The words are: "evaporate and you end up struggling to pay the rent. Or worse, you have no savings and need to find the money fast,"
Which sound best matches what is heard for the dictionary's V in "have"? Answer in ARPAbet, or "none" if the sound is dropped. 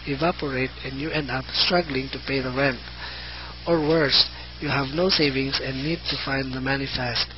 V